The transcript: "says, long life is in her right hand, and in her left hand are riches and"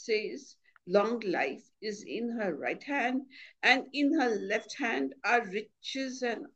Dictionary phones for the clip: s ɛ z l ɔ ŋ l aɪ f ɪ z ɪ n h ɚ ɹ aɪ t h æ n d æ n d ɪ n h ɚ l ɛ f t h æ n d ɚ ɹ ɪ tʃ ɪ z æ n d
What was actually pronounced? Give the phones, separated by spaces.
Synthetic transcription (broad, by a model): s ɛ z l ɔ ŋ l aɪ f ɪ z ɪ n h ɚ ɹ aɪ t h æ n d æ n d ɪ n h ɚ l ɛ f t h æ n d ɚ ɹ ɪ tʃ ɪ z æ n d